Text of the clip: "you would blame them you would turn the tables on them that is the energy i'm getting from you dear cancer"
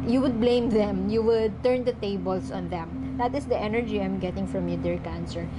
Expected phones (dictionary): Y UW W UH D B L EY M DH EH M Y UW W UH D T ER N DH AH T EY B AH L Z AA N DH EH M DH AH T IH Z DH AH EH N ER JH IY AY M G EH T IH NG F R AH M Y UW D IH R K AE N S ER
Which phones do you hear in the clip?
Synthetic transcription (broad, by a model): Y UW W UH D B L EY M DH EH M Y UW W UH D T ER N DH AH T EY B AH L S AA N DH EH M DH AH T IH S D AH EH N ER JH IY AY M G EH T IH NG F R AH M Y UW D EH R K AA N S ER